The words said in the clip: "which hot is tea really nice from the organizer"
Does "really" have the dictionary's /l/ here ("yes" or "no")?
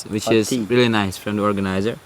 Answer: yes